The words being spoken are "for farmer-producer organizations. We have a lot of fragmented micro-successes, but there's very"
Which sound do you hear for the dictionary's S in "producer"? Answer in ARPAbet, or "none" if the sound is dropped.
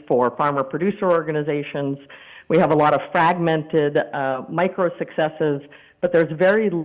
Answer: S